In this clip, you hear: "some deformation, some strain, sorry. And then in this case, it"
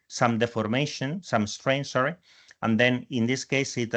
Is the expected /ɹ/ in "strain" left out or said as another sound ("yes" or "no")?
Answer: no